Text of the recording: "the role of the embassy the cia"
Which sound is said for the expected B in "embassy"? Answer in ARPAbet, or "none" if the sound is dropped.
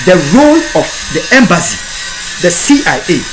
B